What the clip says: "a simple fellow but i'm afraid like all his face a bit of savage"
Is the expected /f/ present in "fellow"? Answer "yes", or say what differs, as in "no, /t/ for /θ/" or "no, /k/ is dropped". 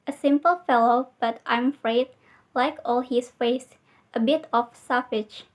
yes